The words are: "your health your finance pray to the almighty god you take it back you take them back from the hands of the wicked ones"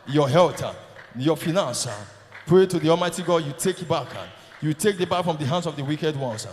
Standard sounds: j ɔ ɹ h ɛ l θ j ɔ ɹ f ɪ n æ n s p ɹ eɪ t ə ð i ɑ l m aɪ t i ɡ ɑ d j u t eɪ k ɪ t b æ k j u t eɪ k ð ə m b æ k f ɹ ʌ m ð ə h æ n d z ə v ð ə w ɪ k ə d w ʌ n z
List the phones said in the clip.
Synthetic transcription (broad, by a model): j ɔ h ɛ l t j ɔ f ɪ n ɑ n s p ɹ eɪ t ə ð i ɑ l m aɪ t i ɡ ɑ d j u t eɪ k ɪ t b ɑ k j u t eɪ k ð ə b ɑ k f ɹ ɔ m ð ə h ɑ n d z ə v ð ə w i k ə d w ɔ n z